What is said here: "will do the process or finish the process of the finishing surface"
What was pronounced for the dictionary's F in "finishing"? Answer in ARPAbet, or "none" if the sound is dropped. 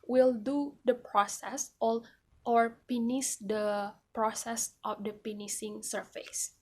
P